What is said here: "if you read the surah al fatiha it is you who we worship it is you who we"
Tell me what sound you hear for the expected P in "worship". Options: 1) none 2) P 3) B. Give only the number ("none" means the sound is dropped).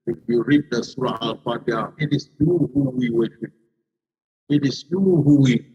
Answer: 1